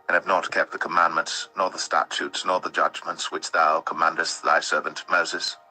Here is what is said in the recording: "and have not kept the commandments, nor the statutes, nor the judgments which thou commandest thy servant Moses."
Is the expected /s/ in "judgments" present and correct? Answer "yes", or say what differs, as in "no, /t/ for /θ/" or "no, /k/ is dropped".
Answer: yes